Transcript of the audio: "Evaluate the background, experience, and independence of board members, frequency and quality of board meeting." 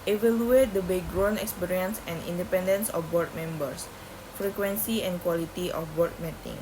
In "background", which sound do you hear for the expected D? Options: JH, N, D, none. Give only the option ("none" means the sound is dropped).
none